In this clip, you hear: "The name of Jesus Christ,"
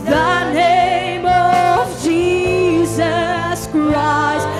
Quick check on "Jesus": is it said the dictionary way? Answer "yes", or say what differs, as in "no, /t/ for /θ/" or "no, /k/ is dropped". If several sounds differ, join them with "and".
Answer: yes